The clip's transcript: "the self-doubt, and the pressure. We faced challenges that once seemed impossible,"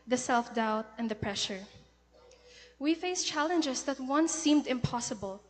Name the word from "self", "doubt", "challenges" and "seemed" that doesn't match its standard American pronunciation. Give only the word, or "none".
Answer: challenges